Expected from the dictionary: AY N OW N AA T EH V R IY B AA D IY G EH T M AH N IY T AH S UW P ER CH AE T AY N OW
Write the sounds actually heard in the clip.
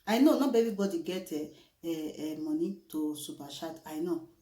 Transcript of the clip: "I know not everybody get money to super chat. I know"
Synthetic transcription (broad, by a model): AY N OW N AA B EH V R IY B AA D IY G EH T M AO N IY T AH S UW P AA SH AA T AY N OW